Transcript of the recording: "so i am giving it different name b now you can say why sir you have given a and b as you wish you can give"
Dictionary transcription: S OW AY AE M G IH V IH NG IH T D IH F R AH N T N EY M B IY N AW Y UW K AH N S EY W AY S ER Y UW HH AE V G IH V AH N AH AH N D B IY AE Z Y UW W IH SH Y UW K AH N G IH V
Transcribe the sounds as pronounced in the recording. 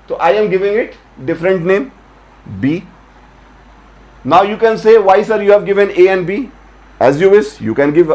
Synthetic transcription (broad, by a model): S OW AY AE M G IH V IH NG IH T D IH F R AH N T N EY M B IY N AW Y UW K AH N S EY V AY S ER Y UW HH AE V G IH V AH N AH AH N D B IY AE Z Y UW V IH S Y UW K AH N G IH V